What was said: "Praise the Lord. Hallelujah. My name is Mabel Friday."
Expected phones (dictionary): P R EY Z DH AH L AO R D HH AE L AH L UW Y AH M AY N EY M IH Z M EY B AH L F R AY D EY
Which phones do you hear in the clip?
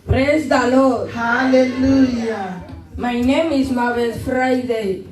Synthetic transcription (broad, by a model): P R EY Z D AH L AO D HH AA L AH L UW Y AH M AY N EY M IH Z M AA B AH N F R AY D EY